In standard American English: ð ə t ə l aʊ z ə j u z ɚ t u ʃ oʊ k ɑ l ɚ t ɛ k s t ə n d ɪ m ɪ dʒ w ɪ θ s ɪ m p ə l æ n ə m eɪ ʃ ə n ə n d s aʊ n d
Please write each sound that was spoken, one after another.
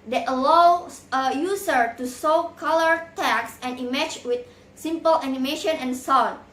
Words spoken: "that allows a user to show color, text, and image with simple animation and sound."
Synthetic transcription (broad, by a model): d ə t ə l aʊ s ə j u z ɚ t u s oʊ k ɑ l ɚ t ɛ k s ə n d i m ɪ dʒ w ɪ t s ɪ m p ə l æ n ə m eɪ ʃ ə n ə n s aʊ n